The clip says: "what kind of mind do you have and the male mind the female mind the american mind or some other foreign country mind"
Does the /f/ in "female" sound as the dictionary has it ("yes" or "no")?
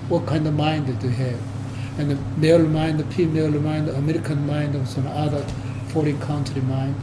no